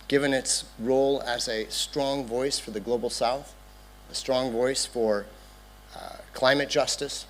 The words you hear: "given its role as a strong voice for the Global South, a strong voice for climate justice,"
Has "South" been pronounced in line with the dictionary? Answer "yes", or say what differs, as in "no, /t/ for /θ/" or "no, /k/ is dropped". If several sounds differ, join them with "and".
yes